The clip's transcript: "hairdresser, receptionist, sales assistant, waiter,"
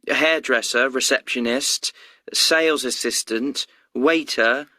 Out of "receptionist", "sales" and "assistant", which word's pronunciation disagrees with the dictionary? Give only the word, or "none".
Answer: none